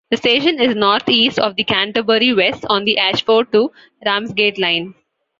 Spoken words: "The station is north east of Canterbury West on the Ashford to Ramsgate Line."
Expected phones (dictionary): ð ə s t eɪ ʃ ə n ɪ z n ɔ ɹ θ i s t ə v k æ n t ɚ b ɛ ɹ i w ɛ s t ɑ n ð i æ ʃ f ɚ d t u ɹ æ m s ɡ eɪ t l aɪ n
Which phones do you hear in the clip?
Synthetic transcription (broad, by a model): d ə s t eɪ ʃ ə n ɪ z n ɔ ɹ t i s t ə v k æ n t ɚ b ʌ ɹ i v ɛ s t ɑ n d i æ ʃ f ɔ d t u ɹ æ m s ɡ eɪ t l aɪ n